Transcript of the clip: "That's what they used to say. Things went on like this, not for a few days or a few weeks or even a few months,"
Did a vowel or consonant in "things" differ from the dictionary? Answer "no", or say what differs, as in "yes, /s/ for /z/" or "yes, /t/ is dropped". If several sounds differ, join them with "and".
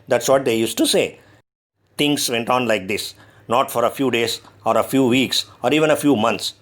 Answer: yes, /t/ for /θ/